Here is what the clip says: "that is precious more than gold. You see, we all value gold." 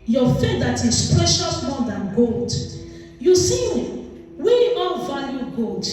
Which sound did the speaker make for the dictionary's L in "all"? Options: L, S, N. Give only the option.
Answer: N